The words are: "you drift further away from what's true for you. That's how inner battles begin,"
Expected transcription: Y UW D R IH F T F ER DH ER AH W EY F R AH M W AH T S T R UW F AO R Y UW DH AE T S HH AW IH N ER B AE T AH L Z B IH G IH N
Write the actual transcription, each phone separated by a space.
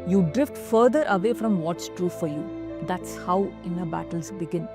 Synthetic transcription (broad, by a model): Y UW D R IH F T F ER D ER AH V EY F R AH M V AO T S T R UW F AO R Y UW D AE T S HH AW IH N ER B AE T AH L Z B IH G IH N